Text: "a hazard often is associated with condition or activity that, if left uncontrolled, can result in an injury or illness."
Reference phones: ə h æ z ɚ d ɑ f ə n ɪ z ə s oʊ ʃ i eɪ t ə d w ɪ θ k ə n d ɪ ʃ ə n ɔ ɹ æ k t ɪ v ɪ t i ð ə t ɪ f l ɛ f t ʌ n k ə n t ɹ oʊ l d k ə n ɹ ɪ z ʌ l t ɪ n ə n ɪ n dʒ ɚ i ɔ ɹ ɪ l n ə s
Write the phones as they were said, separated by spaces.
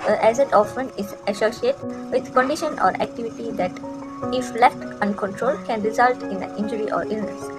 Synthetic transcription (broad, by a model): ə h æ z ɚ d ɑ f ə n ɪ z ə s oʊ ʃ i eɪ t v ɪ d k ə n d ɪ ʃ ə n ɔ ɹ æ k t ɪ v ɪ t i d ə t ɪ f l ɛ f t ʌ n k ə n t ɹ oʊ l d k ə n ɹ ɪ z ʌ l t ɪ n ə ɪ n dʒ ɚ i ɔ ɹ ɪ l n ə s